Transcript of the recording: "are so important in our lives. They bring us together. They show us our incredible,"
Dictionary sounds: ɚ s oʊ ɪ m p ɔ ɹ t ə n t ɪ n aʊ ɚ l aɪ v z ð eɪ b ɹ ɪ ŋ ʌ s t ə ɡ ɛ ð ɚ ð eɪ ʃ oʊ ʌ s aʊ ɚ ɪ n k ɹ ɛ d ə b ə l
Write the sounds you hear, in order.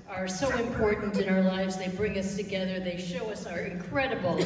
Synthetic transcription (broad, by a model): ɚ s oʊ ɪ m p ɔ ɹ t n t ɪ n aʊ ɚ l aɪ v z ð eɪ b ɹ ɪ ŋ ʌ s t ə ɡ ɛ ð ɚ ð eɪ ʃ oʊ ʌ s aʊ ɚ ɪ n k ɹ ɛ d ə b l